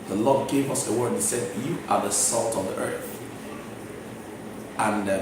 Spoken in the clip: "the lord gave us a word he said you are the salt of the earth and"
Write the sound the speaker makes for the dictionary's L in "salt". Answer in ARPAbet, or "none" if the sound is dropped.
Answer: L